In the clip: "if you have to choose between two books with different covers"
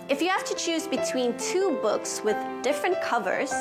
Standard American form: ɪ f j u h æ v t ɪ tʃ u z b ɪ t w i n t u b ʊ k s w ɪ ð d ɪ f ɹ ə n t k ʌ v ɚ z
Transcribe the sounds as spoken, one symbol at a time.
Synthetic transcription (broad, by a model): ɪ f j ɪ h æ f t ɪ tʃ u z b ɪ t w i n t u b ʊ k s w ɪ ð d ɪ f ɹ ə n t k ʌ v ɚ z